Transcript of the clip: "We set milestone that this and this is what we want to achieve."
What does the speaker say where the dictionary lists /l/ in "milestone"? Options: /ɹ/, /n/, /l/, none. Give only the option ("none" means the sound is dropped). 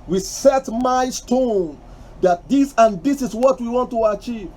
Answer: none